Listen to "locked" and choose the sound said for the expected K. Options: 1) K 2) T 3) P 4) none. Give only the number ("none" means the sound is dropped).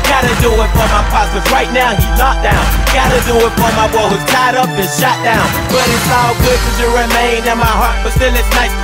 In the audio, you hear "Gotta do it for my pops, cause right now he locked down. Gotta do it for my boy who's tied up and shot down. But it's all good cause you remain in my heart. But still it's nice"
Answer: 4